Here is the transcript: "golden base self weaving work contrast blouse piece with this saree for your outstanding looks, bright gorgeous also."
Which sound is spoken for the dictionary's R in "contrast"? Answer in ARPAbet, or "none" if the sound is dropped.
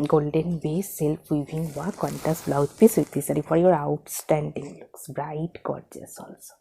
none